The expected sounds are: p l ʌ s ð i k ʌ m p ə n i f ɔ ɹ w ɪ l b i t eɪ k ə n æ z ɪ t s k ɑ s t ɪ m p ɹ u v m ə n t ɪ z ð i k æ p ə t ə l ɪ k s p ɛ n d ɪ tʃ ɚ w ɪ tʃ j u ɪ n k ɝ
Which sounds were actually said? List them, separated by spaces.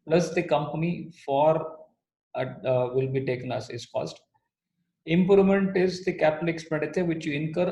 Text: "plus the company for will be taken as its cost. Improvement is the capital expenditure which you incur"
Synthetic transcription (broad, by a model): p l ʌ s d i k ʌ m p ə n i f ɔ ɹ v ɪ l b i t eɪ k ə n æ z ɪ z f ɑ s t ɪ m p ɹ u m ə n t ɪ z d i k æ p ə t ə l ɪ k s p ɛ n d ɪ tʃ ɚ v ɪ tʃ j u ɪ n k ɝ